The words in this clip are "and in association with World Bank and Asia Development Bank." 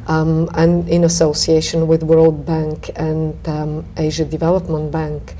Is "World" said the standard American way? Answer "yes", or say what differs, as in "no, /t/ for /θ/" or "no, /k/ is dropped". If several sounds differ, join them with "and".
yes